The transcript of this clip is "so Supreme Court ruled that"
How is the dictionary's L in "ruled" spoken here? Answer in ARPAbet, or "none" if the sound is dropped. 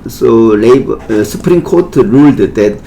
L